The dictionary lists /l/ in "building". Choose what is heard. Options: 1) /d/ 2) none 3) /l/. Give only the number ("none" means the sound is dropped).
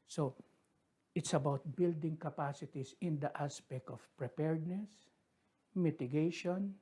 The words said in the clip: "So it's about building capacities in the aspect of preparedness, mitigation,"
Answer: 3